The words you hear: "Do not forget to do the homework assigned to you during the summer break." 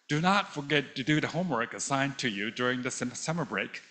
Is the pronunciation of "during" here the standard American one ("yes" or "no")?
yes